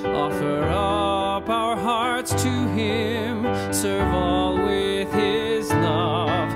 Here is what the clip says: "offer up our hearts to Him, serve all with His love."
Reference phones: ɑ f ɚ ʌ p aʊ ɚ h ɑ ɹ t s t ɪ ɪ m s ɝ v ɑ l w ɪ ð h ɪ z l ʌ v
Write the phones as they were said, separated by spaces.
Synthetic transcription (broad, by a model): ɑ f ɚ ʌ p aʊ ɚ h ɑ ɹ t s t ɪ ɪ m s ɝ v ɑ l w ɪ ð ɪ z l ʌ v